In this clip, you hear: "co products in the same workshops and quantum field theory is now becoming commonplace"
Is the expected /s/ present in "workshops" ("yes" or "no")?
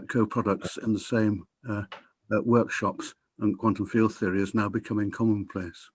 yes